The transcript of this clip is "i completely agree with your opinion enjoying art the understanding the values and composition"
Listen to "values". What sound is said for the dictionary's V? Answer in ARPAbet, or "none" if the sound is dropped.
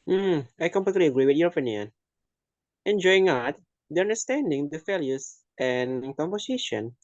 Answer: F